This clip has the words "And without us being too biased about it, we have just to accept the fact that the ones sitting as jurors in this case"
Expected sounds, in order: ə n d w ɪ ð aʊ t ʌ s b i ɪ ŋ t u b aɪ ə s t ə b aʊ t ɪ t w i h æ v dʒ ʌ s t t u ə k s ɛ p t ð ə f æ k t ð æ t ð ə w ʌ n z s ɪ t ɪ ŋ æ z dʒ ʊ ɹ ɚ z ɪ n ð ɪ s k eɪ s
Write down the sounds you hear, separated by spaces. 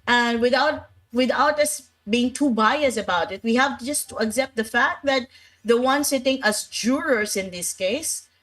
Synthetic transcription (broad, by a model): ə n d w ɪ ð aʊ t ʌ s b i ɪ ŋ t u b aɪ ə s ə b aʊ t ɪ t w i h æ v dʒ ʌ s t t u ə k s ɛ p t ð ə f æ k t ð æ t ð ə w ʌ n s ɪ t ɪ ŋ æ z dʒ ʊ ɹ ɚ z ɪ n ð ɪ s k eɪ s